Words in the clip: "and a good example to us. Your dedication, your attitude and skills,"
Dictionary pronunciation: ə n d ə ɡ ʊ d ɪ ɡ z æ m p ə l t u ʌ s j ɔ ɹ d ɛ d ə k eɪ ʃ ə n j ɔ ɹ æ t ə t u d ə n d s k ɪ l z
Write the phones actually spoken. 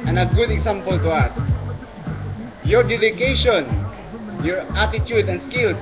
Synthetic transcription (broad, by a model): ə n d ə ɡ ʊ d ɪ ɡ s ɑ m p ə l t u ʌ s j ɔ ɹ d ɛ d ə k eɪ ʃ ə n j ɔ ɹ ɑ t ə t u d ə n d s k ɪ l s